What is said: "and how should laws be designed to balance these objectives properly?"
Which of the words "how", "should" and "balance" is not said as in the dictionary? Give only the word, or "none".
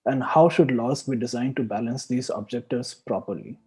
none